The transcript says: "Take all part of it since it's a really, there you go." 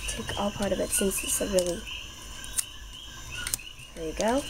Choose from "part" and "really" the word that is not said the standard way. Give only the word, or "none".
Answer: none